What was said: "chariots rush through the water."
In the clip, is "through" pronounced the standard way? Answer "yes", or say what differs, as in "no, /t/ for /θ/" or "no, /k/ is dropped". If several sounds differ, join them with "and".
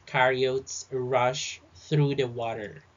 yes